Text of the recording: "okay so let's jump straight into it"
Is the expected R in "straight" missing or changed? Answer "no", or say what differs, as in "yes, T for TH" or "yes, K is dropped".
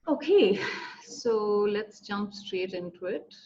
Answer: no